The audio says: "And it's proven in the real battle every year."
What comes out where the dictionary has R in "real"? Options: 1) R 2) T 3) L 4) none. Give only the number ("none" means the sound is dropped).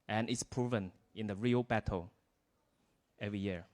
1